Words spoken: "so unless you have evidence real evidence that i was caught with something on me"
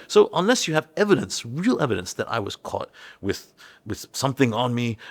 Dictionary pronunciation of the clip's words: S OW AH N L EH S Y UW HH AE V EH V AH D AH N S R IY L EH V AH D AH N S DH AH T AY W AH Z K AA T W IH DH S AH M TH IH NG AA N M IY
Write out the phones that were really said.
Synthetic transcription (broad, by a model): S OW AH N L EH S Y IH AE V EH V AH D AH N S R IY L EH V AH D AH N S DH AH T AY W AH Z K AA T W IH DH S AH M TH IH NG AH N M IY